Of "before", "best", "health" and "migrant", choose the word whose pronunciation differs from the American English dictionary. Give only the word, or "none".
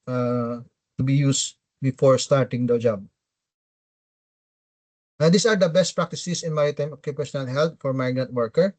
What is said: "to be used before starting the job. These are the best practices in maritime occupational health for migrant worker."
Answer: health